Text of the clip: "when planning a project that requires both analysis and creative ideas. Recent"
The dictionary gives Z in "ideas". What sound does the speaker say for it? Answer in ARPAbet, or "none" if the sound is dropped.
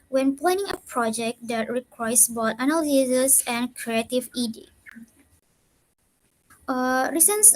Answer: none